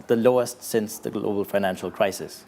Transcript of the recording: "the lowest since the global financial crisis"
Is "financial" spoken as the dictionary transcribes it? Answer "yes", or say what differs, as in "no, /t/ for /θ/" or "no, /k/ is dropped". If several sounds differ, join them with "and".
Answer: yes